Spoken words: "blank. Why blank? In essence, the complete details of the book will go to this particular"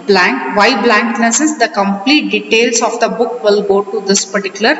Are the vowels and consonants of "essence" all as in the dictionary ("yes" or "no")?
no